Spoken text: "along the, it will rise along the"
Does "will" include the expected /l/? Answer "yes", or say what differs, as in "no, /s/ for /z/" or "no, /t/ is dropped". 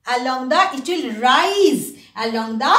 yes